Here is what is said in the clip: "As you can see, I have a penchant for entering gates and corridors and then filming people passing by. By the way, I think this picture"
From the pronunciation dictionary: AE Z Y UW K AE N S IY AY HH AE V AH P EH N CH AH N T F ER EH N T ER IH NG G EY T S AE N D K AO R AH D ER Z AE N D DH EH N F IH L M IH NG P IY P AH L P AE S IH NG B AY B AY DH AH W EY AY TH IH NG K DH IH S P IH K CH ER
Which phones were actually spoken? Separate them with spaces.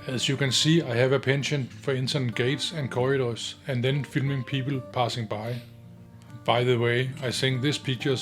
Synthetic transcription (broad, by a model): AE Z Y UW K AE N S IY AY HH AE V AH P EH N SH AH N F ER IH N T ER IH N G EY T S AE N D K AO R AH D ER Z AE N DH EH N F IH L M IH NG P IY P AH L P AE S IH NG B AY B AY DH AH W EY AY S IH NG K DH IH S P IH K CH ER